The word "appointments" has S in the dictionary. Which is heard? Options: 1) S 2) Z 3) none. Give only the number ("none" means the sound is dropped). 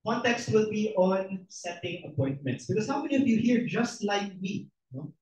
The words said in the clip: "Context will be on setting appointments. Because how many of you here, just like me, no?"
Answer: 1